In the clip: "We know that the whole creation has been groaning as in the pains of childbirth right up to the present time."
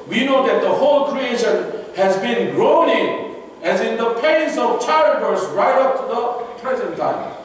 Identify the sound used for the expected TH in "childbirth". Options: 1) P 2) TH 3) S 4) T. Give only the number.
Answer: 3